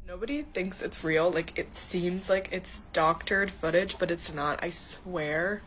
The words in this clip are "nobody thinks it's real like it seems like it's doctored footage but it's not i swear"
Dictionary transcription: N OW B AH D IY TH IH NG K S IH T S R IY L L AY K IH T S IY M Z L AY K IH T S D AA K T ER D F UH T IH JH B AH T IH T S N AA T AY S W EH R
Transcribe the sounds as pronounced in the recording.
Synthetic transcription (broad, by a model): N OW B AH D IY TH IH NG K S IH T S R IY L L AY K IH T S IY M Z L AY K IH T S D AA K T ER D F UH T IH JH B AH T IH T S N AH T AY S W EH R